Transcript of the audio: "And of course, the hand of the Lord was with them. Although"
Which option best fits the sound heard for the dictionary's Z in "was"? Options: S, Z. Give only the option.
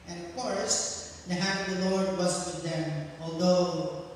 S